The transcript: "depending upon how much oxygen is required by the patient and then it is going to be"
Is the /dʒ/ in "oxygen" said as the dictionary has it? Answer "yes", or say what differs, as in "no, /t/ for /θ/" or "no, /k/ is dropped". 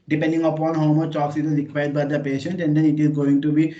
no, /z/ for /dʒ/